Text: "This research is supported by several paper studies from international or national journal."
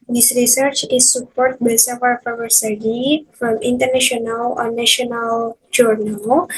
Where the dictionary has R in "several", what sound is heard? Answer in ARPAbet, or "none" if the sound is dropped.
none